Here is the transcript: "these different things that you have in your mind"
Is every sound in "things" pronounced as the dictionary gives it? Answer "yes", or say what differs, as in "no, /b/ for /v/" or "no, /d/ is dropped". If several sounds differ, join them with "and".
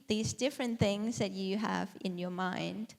yes